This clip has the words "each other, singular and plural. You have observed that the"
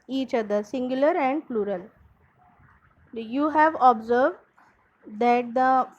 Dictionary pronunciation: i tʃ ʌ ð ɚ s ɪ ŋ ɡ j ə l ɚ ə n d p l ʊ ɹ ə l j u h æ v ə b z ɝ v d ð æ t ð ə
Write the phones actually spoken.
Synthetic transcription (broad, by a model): i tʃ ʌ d ɚ s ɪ ŋ ɡ j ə l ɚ ə n d p l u ɹ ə l j u h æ v ə b z ɝ v d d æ t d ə